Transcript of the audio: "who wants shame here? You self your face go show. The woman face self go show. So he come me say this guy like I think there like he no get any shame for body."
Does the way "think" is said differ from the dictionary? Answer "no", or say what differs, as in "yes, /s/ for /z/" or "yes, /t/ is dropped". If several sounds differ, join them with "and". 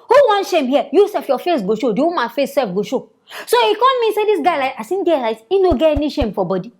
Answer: yes, /s/ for /θ/